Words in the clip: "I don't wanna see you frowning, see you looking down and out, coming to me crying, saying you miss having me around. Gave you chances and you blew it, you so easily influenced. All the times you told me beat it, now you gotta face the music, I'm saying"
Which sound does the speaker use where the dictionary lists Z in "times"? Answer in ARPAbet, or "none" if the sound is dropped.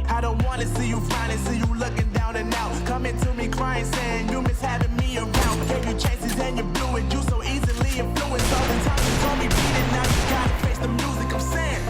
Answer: none